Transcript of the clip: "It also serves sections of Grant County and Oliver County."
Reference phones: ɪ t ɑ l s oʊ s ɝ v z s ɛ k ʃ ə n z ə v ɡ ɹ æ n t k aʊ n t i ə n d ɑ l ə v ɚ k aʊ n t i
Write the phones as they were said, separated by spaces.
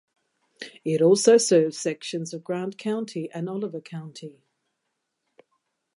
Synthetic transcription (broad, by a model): ɪ t ɑ l s oʊ s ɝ v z s ɛ k ʃ ə n z ə v ɡ ɹ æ n k aʊ n t i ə n ɑ l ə v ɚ k aʊ n t i